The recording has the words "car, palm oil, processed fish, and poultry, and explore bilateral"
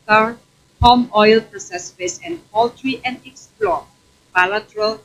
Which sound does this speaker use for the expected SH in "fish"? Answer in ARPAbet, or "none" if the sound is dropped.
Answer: S